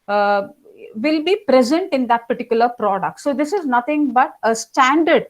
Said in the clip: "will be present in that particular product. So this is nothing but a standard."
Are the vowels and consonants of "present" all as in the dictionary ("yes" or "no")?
yes